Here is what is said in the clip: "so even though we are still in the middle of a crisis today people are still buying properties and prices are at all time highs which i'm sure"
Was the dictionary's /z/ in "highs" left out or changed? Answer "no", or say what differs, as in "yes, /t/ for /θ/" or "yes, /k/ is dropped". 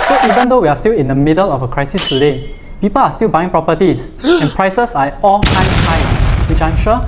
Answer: yes, /z/ is dropped